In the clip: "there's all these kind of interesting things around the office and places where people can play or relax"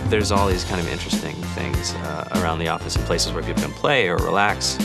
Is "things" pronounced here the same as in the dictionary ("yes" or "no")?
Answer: yes